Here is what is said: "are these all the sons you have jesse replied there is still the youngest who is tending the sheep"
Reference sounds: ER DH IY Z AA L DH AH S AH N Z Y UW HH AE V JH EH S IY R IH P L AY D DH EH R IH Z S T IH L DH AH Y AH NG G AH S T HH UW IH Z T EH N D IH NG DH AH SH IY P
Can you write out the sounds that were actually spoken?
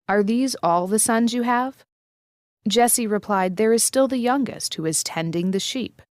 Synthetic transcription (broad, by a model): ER DH IY Z AA L DH AH S AH N Z Y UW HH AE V JH EH S IY R IH P L AY D DH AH R IH Z S T IH L DH AH Y AH NG G AH S T HH UW IH Z T EH N D IH NG DH AH SH IY P